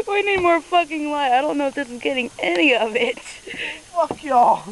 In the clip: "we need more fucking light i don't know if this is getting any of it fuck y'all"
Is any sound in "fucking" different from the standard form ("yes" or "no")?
no